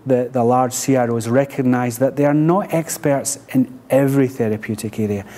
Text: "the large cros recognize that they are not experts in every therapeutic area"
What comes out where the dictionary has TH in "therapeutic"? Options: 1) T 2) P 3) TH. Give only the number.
3